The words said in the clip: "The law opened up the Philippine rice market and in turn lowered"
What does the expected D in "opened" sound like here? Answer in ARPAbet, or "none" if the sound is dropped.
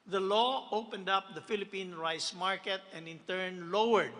D